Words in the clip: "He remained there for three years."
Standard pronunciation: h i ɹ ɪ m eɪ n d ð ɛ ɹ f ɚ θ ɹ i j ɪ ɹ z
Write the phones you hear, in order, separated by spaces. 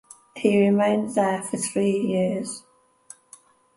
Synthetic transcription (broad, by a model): h i ɹ ɪ m eɪ n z ð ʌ f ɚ θ ɹ i j ɪ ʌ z